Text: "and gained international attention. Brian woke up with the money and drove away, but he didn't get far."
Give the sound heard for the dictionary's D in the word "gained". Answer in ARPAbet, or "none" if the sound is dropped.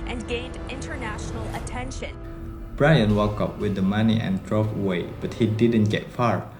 D